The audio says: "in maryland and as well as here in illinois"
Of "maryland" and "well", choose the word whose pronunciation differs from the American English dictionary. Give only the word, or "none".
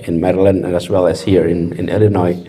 none